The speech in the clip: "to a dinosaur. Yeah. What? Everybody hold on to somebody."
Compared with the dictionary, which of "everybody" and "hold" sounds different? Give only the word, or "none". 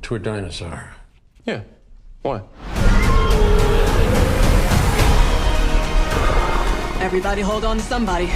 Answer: none